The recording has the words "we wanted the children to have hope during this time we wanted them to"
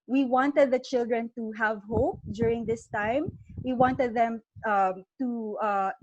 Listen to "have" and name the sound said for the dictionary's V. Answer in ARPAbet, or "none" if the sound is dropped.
V